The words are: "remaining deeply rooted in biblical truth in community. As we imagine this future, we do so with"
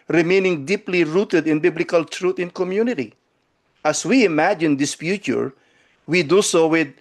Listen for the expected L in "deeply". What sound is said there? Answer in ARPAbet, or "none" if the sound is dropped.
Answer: L